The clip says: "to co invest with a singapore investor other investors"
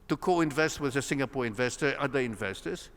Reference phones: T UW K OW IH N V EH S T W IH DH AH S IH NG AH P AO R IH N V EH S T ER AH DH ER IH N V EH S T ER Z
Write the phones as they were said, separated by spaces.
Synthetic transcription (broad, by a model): T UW K OW IH N V EH S T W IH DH AH S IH NG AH P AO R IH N V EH S T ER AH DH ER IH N V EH S T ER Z